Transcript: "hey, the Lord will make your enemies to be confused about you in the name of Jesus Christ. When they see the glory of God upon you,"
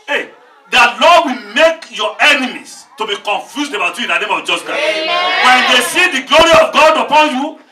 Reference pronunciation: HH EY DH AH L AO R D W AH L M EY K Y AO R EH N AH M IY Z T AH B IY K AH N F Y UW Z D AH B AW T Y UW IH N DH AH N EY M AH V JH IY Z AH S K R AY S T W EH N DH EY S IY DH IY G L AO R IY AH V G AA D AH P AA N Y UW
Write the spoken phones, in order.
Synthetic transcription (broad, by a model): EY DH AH L AO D W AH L M EY K Y AO EH N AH M IY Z T AH B IY K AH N F Y UW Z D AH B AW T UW IH N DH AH N EY M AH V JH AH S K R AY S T W EH N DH EY S IY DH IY G L AO R IY AH V G AA D AH P AA N Y UW